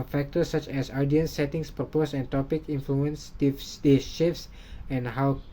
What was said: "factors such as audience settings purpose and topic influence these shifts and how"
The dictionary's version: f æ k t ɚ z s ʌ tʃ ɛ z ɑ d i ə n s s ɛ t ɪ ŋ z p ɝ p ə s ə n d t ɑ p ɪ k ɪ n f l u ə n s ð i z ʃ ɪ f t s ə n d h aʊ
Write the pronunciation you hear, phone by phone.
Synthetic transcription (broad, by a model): f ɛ k t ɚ s ʌ tʃ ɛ s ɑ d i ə n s s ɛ t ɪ ŋ s p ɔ p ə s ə n t ɑ p ɪ k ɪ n f l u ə n s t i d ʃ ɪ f s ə n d h aʊ